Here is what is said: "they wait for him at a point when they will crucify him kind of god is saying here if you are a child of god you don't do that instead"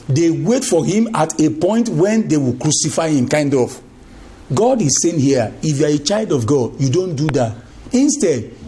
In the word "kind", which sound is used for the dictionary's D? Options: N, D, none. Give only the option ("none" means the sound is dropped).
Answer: D